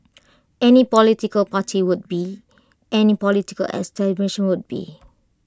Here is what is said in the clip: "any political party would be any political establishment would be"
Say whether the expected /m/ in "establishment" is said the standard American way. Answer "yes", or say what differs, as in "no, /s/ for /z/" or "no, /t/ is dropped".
no, /m/ is dropped